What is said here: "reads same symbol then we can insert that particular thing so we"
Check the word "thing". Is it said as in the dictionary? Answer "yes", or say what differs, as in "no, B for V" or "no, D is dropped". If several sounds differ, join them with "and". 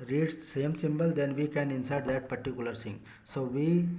no, S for TH